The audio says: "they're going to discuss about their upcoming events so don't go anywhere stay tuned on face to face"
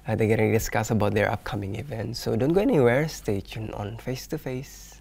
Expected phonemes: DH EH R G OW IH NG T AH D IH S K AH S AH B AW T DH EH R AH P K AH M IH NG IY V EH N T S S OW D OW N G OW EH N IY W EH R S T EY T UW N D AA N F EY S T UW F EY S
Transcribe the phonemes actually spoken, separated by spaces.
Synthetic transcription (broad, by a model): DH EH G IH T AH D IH S K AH S AH B AW T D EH R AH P K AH M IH NG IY V EH N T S S OW D OW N G OW EH N IY W EH R S T EY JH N AA N F EY S T UW F EY S